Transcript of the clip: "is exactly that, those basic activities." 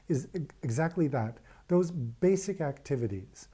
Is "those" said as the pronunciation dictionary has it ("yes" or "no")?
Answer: yes